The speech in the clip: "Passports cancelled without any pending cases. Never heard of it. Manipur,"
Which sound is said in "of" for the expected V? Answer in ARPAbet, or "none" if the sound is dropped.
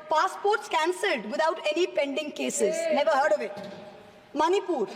V